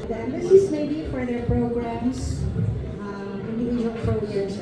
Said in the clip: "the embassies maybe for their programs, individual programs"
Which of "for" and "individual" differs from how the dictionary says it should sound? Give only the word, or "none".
individual